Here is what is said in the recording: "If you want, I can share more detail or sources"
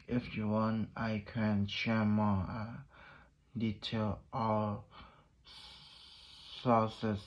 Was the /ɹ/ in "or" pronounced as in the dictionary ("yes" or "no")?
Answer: no